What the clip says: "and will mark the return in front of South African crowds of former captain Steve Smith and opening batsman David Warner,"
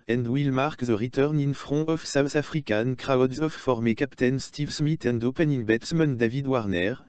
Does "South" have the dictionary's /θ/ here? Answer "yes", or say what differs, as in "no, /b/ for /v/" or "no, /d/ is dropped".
no, /s/ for /θ/